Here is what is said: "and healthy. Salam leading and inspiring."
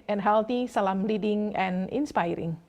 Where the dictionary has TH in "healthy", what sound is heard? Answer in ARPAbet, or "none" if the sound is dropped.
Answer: T